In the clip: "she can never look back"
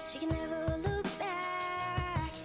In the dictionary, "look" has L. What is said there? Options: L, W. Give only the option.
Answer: L